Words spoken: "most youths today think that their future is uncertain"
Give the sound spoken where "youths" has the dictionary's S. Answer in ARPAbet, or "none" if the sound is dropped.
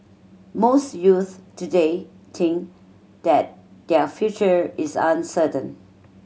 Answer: none